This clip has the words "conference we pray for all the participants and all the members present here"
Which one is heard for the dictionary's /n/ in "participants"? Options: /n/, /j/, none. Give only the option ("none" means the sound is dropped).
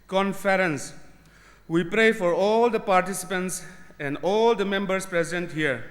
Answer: /n/